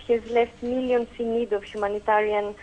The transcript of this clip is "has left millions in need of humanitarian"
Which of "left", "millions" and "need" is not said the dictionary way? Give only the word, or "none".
millions